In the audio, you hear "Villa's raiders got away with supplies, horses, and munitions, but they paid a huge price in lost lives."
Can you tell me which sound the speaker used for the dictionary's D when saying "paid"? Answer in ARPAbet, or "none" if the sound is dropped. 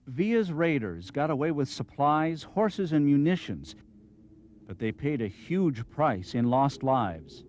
D